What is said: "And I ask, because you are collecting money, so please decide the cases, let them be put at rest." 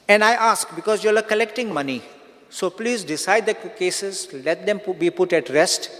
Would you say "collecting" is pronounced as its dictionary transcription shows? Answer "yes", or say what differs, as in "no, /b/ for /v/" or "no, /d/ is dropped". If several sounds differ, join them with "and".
yes